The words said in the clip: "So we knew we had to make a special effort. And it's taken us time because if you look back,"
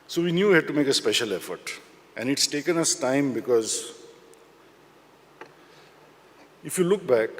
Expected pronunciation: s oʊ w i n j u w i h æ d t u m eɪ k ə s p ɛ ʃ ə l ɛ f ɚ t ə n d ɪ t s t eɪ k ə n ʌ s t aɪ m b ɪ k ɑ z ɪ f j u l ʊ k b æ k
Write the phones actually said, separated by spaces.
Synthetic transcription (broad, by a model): s oʊ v i n j u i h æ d t u m eɪ k ə s p ɛ ʃ ə l ɛ f ɚ t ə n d ɪ t s t eɪ k ə n ʌ s t aɪ m b ɪ k ɑ z ɪ f j u l ʊ k b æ k